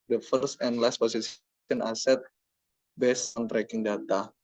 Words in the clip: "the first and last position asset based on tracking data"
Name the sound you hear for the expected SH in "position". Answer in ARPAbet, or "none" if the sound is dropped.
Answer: S